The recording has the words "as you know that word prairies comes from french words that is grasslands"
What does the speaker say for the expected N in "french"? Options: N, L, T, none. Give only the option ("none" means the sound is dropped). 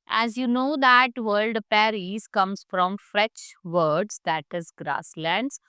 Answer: none